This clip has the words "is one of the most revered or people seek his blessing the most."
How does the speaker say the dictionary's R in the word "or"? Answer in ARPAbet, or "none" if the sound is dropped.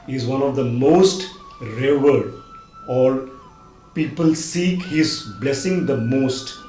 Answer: L